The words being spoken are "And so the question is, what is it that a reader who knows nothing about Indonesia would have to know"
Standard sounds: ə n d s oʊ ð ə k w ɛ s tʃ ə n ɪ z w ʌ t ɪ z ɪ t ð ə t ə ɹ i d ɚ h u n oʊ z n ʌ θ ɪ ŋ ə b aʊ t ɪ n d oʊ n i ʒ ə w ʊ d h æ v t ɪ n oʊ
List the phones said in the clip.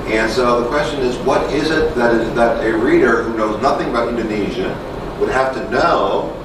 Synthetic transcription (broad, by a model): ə n s oʊ ð ə k w ɛ s tʃ ə n ɪ z w ʌ t ɪ z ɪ t ð ə t ə ɹ i d ɚ h u n oʊ z n ʌ θ ɪ ŋ ə b aʊ t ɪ n d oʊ n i ʒ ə w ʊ d h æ f t ɪ n oʊ